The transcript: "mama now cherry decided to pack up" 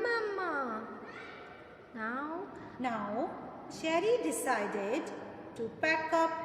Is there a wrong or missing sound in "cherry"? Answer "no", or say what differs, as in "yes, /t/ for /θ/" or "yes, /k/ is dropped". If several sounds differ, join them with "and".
yes, /ʃ/ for /tʃ/